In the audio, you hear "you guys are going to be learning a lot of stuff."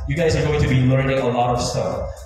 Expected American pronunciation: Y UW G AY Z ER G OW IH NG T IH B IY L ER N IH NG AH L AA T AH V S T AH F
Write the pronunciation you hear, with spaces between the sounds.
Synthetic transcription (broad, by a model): Y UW G AY Z ER G OW IH NG T IH B IY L ER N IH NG AH L AA T AH V S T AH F